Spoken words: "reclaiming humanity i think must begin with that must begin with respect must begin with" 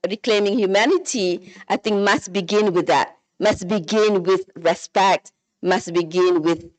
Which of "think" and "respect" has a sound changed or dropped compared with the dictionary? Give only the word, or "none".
none